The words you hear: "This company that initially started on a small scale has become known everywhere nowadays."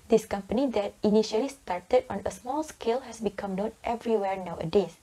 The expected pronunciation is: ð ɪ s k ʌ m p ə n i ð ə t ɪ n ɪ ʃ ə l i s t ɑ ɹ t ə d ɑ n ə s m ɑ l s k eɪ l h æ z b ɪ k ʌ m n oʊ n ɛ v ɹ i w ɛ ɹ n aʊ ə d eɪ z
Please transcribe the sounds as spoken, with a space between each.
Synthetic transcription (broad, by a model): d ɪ s k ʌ m p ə n i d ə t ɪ n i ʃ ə l i s t ɑ ɹ t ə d ɑ n ə s m ɑ l s k eɪ l h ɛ s b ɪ k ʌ m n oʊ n ɛ v ɹ i w ɛ ɹ n aʊ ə d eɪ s